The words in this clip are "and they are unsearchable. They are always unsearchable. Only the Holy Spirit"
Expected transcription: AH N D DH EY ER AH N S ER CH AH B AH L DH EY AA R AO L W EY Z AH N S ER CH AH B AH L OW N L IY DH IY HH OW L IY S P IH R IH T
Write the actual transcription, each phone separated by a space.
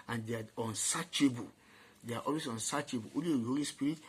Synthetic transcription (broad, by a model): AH N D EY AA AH N S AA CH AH B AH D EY AA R AO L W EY S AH N S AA CH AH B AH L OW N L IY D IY HH OW L IY S P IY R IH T